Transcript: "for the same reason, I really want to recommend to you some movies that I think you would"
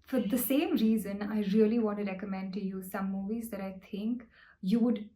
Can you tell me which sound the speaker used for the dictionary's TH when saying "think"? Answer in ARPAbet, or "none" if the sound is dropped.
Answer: T